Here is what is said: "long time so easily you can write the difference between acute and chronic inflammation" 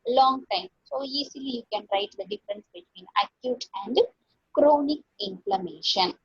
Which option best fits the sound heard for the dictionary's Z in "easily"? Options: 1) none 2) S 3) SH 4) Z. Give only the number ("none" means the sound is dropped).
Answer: 2